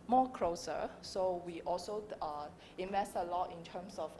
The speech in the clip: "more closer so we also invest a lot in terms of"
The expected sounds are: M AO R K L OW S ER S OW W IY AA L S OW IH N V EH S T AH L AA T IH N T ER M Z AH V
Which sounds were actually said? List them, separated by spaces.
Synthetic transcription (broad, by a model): M AO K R OW S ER S OW W IY AA L S OW IH N V EH S T AH L AA T IH N T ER M S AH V